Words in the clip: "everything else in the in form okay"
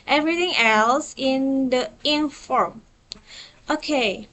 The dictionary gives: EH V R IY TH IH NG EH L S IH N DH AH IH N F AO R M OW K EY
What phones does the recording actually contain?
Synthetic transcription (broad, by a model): EH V R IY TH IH NG EH L S IH N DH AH IH N F AO R M OW K EY